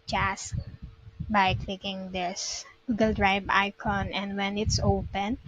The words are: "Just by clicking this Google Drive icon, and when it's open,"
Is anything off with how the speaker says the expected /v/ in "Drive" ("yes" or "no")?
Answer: yes